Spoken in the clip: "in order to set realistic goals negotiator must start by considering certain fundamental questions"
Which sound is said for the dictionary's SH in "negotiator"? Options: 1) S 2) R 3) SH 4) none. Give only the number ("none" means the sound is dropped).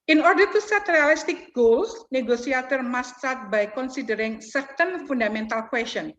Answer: 1